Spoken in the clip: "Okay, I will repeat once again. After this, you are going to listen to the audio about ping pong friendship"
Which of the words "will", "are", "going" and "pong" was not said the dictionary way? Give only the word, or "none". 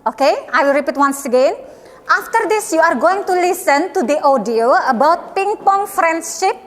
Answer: none